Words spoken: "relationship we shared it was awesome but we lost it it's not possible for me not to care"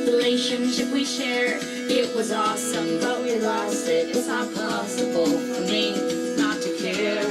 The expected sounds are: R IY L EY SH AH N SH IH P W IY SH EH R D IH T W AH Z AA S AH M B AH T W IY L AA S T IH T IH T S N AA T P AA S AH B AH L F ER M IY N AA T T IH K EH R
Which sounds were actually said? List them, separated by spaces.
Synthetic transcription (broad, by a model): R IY L EY SH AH N SH IH P W IY SH EH R IH T W AH Z AA S AH M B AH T W IY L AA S IH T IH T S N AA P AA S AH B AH L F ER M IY N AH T T IH K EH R